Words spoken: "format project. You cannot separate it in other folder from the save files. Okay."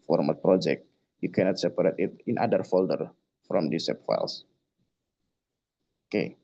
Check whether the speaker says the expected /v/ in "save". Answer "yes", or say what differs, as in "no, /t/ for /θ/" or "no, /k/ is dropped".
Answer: no, /p/ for /v/